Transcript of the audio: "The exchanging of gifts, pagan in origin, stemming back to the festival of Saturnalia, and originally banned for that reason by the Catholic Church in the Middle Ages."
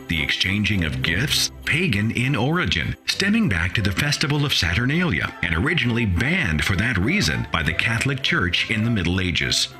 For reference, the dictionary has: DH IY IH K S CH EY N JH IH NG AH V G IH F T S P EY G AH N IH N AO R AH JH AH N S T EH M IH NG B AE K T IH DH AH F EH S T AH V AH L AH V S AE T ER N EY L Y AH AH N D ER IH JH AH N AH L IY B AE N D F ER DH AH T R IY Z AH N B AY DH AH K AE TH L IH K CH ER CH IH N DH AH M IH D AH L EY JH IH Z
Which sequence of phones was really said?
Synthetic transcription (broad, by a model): DH IY IH K S CH EY N JH IH NG AH V G IH F T S P EY G AH N IH N AO R AH JH AH N S T EH M IH NG B AE K T IH DH AH F EH S T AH V L AH V S AE T ER N EY L Y AH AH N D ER IH JH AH N L IY B AE N D F ER DH AH T R IY Z AH N B AY DH AH K AE TH L IH K CH ER CH IH N DH AH M IH D L EY JH IH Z